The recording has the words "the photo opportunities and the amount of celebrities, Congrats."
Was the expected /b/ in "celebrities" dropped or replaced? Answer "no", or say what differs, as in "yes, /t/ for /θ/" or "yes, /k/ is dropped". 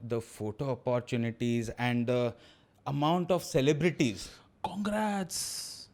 no